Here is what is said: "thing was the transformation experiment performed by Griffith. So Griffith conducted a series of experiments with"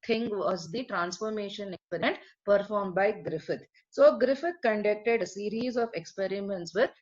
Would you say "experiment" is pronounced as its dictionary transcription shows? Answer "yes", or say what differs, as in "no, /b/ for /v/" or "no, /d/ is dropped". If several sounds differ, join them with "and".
no, /m/ is dropped